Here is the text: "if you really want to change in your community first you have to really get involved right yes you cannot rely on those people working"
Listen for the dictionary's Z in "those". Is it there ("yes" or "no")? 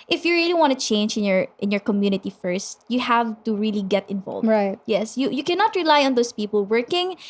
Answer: no